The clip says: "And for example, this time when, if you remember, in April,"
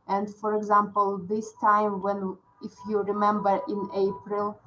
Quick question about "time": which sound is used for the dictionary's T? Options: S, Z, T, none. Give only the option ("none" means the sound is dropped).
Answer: T